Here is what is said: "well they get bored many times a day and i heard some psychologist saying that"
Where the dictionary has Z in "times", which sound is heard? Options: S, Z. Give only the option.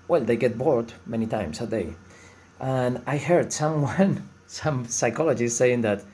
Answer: S